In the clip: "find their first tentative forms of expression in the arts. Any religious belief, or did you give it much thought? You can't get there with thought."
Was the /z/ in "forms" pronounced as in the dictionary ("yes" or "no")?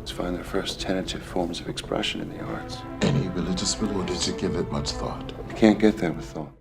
yes